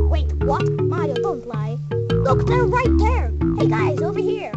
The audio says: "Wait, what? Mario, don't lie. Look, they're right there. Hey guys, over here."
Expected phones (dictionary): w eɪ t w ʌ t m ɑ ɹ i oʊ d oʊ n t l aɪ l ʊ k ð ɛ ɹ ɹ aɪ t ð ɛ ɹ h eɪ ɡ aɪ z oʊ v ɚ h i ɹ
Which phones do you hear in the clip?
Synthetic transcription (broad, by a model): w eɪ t w ʌ t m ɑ i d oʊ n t l aɪ l ʊ k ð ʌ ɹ ɹ aɪ t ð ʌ ɹ h eɪ ɡ aɪ z oʊ v ɚ h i ɹ